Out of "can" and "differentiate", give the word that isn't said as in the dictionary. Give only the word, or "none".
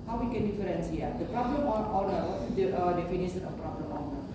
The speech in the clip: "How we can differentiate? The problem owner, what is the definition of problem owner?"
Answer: differentiate